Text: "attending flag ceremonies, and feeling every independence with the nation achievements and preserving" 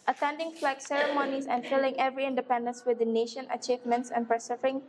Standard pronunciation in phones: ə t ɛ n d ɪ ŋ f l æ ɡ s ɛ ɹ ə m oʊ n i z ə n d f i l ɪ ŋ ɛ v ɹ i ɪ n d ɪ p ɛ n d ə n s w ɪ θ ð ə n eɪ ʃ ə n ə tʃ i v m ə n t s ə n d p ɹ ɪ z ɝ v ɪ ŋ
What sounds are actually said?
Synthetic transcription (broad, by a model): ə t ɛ n d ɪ ŋ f l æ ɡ s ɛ ɹ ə m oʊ n i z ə n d f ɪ l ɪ ŋ ɛ v ɹ i ɪ n d ɪ p ɛ n d ə n s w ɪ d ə n eɪ ʃ ə n ə tʃ i v m ə n t s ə n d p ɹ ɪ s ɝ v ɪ ŋ